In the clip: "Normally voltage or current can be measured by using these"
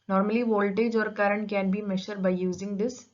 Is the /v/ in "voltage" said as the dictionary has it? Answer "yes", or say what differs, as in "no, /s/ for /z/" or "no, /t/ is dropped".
yes